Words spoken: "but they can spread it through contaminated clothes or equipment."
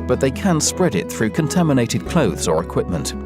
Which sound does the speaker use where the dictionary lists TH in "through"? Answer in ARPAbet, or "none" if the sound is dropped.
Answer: TH